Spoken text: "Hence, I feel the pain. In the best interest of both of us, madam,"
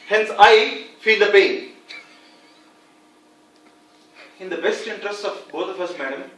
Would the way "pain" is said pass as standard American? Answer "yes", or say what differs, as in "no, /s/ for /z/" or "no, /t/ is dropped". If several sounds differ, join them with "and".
no, /b/ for /p/ and /n/ is dropped